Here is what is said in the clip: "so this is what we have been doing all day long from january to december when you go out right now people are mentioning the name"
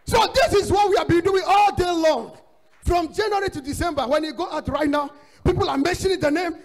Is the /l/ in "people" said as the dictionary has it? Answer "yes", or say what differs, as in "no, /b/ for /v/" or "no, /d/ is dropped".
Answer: yes